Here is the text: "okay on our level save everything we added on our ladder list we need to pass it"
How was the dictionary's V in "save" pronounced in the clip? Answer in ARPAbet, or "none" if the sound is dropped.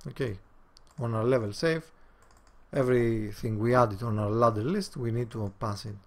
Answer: F